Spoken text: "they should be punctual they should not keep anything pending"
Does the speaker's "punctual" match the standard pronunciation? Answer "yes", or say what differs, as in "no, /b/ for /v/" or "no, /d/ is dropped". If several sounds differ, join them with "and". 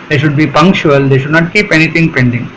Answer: yes